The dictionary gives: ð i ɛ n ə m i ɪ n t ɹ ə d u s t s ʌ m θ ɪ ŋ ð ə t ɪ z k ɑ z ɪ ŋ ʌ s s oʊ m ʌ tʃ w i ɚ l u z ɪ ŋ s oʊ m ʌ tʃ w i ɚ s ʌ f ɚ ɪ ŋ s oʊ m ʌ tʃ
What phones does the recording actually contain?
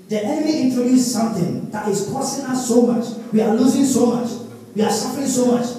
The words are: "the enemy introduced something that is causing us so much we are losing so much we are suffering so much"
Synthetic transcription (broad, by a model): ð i ɛ n ə m i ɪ n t ɹ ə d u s s ʌ m θ ɪ ŋ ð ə t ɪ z k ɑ s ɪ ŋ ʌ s s oʊ m ʌ tʃ w i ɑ l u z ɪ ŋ s oʊ m ʌ tʃ w i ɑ s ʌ f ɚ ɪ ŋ s oʊ m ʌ tʃ